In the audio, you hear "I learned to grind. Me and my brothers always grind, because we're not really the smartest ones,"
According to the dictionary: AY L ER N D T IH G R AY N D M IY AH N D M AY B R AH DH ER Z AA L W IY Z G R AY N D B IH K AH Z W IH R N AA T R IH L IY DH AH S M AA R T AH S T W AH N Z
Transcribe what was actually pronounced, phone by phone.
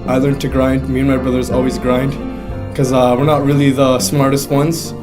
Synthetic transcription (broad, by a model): AY L ER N T IH G R AY N D M IY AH N M AY B R AH DH ER Z AA L W IY Z G R AY N D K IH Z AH W IH R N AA T R IH L IY DH AH S M AA R T AH S T W AH N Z